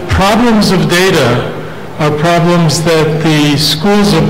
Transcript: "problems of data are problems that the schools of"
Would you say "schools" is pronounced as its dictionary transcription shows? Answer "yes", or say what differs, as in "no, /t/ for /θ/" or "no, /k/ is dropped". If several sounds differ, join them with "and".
yes